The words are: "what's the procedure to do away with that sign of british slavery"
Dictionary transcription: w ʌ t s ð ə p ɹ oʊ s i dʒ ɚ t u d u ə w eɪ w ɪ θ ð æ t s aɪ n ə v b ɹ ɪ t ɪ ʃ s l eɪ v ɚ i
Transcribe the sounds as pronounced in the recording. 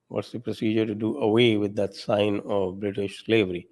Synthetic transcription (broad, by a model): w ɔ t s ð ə p ɹ oʊ s i dʒ ɚ t u d u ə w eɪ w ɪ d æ t s aɪ n ə v b ɹ ɪ t ɪ ʃ s l eɪ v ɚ i